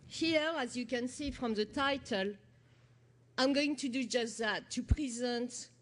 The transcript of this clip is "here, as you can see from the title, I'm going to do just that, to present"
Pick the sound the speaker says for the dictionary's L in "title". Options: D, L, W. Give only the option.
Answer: L